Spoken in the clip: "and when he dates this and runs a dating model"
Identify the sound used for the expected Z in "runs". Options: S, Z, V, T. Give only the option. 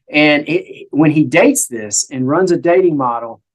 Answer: Z